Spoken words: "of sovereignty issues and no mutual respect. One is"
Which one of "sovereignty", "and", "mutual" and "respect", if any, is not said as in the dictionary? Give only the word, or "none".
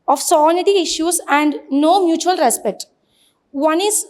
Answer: sovereignty